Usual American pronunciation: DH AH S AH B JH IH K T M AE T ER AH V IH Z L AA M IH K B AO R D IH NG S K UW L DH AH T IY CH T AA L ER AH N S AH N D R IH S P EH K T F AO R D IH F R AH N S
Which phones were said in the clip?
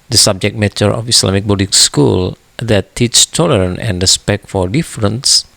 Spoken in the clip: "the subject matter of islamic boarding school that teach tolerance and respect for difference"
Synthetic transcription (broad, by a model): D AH S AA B JH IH K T M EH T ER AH F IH S L AA M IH K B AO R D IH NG S K UW L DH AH T IY CH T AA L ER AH N AH N D R IH S P EH K T F AO R D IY F R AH N S